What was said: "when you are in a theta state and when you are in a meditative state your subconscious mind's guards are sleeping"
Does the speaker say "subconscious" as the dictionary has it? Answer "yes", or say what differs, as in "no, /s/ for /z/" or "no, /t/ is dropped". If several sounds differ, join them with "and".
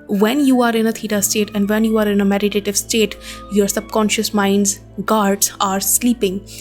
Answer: yes